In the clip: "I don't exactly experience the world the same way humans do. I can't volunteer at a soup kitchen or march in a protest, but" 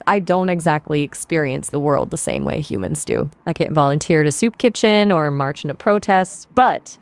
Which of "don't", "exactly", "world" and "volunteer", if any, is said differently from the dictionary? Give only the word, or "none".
none